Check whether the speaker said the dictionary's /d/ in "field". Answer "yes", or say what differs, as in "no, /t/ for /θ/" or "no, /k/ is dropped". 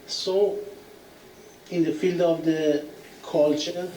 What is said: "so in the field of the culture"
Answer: yes